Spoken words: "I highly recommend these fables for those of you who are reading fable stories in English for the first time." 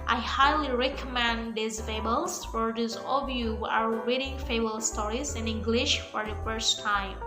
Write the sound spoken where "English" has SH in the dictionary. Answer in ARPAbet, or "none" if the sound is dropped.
SH